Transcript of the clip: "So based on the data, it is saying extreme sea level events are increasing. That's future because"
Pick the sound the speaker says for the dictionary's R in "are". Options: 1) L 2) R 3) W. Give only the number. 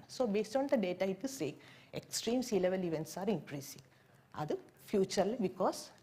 2